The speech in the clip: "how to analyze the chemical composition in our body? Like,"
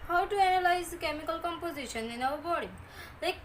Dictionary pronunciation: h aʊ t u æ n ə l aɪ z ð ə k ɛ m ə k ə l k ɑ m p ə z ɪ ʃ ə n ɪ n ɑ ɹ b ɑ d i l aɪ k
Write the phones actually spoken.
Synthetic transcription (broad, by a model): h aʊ t u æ n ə l aɪ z k ɛ m ə k ə l k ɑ m p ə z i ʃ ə n ɪ n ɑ w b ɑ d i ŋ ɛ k